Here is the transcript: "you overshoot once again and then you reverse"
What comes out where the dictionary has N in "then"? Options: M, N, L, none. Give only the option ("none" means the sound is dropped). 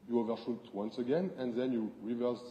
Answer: N